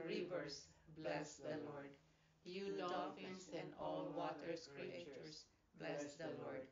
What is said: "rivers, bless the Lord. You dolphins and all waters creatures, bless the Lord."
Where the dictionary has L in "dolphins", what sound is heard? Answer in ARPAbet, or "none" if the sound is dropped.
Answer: none